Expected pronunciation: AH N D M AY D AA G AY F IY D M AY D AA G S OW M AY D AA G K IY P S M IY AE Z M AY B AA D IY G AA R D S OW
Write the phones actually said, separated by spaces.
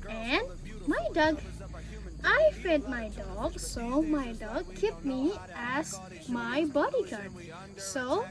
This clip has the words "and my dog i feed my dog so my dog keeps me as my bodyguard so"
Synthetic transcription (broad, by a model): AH N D M AY D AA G AY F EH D M AY D AA G S OW M AY D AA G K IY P M IY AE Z M AY B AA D IY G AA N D S OW